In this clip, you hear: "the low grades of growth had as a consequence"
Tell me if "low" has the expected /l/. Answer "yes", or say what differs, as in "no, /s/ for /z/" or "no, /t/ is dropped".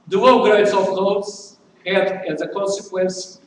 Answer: no, /w/ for /l/